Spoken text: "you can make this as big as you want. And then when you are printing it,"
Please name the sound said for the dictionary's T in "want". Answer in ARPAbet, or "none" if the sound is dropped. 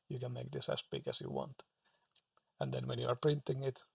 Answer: T